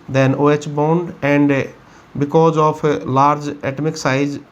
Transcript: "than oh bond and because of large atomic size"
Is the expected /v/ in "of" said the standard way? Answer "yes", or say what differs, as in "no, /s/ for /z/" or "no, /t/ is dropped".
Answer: no, /p/ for /v/